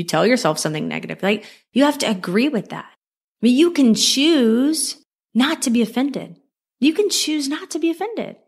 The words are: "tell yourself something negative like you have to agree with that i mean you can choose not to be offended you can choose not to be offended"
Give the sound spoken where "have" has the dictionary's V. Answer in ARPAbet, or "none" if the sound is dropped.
F